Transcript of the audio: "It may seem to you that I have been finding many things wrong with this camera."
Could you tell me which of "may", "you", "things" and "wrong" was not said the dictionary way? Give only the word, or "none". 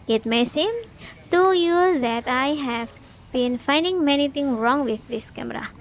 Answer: things